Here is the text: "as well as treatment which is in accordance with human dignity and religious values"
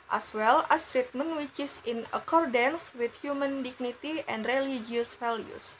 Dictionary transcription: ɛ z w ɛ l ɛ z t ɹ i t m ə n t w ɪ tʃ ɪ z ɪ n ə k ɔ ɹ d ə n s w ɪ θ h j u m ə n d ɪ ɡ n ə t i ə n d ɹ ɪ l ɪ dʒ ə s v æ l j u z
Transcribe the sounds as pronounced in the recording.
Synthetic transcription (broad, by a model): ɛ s w ɛ l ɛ s t ɹ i t m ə n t w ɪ tʃ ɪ s ɪ n ə k ɔ ɹ d ə n s w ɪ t h j u m ə n d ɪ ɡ n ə t i ə n d ɹ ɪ l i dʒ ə s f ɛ l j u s